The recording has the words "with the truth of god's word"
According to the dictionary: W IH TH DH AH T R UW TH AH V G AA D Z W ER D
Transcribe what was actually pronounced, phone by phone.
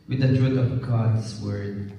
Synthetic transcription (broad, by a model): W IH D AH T R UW T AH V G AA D S W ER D